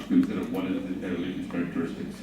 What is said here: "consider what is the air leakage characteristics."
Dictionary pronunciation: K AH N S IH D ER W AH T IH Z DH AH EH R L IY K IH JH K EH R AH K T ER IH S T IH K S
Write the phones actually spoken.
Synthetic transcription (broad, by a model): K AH N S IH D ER W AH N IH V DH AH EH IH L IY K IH Z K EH R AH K T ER IH S T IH K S